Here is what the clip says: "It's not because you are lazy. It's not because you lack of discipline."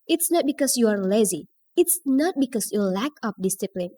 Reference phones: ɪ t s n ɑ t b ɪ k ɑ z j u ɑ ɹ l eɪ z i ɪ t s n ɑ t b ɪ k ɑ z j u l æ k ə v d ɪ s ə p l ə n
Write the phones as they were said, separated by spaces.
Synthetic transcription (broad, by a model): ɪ t s n ɑ t b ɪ k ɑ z j u ɑ ɹ l eɪ z i ɪ t s n ɑ t b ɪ k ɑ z j u l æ k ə p d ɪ s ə p l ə n